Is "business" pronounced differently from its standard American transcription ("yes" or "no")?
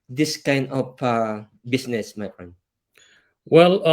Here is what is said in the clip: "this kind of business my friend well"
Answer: yes